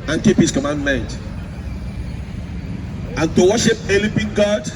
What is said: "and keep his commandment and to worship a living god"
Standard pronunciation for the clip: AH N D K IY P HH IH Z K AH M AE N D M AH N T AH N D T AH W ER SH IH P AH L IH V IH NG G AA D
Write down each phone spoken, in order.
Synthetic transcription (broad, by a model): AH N K IY P HH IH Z K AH M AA N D M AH N T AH N T AH W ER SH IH P AH L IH P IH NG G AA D